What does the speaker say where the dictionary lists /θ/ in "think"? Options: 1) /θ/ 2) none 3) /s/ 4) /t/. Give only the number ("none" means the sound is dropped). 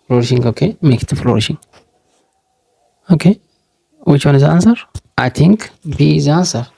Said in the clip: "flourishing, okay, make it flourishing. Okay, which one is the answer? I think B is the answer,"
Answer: 4